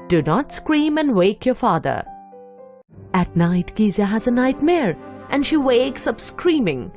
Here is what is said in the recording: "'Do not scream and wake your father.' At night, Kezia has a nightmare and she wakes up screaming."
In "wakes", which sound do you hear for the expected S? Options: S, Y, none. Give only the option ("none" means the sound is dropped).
S